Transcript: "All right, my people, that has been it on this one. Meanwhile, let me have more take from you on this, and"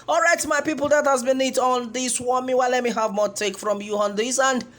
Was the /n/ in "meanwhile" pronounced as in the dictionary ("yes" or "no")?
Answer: no